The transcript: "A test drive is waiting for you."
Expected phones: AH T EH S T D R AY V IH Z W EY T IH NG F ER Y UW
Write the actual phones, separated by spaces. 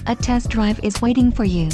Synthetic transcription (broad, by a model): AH T EH S D R AY V IH Z W EY T IH NG F ER Y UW